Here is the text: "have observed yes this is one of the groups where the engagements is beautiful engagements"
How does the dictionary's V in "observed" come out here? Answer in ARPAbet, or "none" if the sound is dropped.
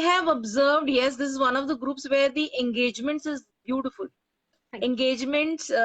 V